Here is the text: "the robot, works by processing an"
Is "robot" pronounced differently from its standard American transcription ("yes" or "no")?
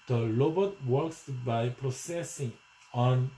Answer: yes